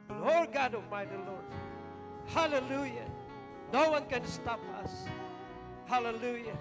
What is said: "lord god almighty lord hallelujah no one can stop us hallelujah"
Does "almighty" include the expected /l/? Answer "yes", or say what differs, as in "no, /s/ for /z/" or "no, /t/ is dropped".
no, /l/ is dropped